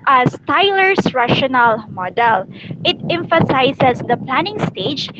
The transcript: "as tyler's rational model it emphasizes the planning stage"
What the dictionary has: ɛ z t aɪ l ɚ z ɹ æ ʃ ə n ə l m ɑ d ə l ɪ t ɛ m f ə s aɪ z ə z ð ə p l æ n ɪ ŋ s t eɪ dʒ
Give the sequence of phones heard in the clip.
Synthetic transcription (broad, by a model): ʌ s t aɪ l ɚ s ɹ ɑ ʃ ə n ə l m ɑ d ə l ɪ t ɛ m f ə s aɪ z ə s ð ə p l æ n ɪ ŋ s t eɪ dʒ